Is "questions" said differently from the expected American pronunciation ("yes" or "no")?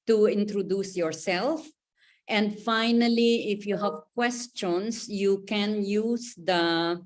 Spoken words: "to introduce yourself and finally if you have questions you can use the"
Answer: yes